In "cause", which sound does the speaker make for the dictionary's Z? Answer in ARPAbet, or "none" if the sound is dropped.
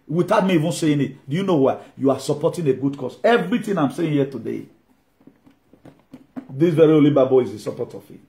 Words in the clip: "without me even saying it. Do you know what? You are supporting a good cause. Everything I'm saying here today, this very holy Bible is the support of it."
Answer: S